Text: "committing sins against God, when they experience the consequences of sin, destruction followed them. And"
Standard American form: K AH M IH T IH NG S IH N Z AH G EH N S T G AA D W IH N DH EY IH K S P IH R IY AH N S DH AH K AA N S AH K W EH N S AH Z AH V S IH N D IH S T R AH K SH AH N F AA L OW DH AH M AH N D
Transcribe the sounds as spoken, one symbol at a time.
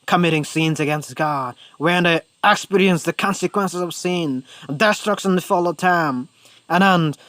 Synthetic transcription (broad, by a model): K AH M IH T IH NG S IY N Z AH G EH N S T G AA D W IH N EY IH K S P IH R IY AH N S DH AH K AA N S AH K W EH N S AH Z AH V S IH N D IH S T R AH K S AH N F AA L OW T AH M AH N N